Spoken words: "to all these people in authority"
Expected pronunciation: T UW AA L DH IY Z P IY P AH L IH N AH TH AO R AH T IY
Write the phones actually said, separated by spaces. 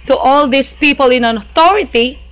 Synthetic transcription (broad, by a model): T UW AA L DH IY S P IY P AH L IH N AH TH AO R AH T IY